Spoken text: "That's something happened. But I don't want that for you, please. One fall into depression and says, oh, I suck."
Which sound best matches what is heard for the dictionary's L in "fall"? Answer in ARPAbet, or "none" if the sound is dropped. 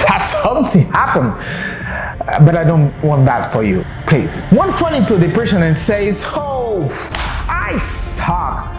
N